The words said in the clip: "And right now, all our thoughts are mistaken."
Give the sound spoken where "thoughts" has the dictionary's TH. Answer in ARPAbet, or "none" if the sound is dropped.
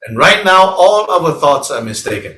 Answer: TH